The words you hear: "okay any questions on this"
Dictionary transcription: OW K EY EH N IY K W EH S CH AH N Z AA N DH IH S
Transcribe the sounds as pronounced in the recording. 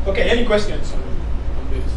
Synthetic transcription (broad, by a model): OW K EY EH N IY K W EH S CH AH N AA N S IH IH